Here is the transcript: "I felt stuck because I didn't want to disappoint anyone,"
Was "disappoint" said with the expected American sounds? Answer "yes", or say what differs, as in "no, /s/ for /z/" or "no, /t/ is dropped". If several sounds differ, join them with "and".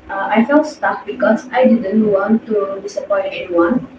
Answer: no, /n/ is dropped